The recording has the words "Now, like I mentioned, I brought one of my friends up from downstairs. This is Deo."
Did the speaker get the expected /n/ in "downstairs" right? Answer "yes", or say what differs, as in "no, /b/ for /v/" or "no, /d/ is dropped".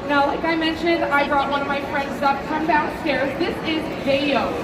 no, /n/ is dropped